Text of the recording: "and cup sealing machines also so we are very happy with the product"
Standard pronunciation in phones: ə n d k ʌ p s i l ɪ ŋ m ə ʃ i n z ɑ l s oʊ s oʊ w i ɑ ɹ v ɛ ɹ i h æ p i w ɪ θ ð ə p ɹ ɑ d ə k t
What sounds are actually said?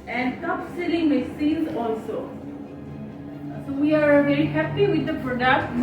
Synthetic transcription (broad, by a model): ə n d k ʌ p s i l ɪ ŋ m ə s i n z ɑ l s oʊ s oʊ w i ɑ ɹ v ɛ ɹ i h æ p i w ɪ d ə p ɹ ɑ d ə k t